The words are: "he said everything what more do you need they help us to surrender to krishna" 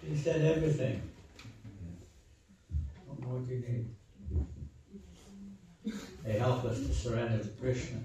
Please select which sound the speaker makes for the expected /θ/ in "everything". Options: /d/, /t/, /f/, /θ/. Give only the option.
/θ/